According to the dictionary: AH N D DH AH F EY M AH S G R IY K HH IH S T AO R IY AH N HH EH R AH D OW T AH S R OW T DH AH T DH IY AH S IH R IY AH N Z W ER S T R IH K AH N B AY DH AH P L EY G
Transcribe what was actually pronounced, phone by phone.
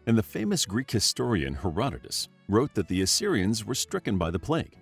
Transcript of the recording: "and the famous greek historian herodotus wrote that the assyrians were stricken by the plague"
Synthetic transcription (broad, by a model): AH N DH AH F EY M AH S G R IY K HH IH S T AO R IY AH N HH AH R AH D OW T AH S R OW T DH AH T DH IY AH S IH R IY AH N Z W ER S T R IH K AH N B AY DH AH P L EY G